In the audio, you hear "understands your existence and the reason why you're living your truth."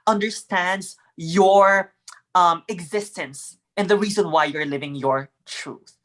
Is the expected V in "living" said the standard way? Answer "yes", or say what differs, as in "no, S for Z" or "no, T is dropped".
yes